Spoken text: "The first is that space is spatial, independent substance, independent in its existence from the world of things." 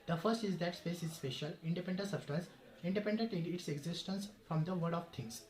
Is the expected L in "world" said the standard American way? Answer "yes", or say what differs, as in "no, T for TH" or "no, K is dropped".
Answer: no, L is dropped